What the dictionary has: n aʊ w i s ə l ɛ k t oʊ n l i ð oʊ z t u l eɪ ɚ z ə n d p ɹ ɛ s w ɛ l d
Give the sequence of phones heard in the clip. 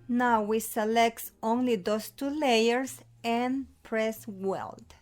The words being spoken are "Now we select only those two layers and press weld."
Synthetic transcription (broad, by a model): n aʊ w i s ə l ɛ k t oʊ n l i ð oʊ s t u l eɪ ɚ s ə n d p ɹ ɛ s w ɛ l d